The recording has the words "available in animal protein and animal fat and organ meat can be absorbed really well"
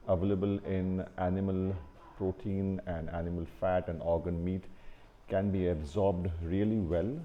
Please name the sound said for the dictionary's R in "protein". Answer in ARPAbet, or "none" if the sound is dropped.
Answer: R